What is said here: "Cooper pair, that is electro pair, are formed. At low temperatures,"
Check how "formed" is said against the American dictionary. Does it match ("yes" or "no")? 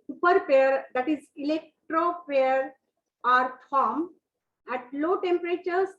no